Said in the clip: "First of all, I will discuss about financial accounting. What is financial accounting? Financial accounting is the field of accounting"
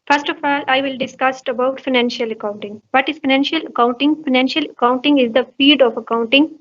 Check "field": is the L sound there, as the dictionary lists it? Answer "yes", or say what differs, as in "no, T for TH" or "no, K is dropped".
no, L is dropped